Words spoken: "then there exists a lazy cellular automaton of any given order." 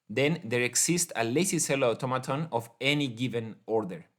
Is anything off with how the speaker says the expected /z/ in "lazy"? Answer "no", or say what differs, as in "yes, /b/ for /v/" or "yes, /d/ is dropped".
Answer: yes, /s/ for /z/